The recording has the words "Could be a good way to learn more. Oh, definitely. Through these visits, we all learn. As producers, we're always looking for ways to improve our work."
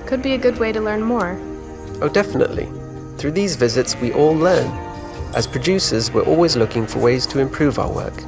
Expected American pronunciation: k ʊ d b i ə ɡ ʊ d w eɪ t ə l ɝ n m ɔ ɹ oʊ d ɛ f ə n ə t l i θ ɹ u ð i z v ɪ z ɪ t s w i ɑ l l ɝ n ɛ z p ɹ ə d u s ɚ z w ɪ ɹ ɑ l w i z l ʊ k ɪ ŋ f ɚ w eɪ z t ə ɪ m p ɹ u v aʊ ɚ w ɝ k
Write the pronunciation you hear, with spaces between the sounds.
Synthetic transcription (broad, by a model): k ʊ d b i ə ɡ ʊ d w eɪ t ə l ɝ n m ɔ ɹ oʊ d ɛ f ə n ə t l i θ ɹ u ð i z v ɪ z ɪ t s w i ɑ l l ɝ n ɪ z p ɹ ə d u s ɚ z w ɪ ɹ ɑ l w i z l ʊ k ɪ ŋ f ɚ w eɪ z t ə ɪ m p ɹ u v aʊ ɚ w ɝ k